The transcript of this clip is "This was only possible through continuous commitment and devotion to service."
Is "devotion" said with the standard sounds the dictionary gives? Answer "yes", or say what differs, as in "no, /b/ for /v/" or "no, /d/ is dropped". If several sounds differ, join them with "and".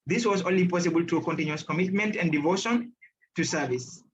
yes